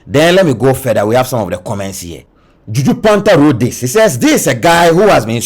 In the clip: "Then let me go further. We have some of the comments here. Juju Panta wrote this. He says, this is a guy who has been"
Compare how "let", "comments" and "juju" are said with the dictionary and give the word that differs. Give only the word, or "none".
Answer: none